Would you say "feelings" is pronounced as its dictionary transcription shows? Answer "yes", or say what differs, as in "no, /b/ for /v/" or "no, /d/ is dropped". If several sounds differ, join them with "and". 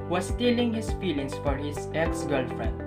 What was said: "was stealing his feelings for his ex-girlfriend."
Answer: no, /s/ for /z/